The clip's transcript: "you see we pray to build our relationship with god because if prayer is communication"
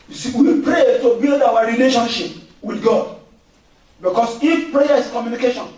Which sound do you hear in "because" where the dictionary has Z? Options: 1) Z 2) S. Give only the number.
2